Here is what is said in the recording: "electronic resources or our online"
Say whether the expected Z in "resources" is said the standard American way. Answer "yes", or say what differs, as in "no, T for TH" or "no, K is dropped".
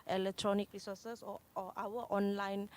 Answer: no, Z is dropped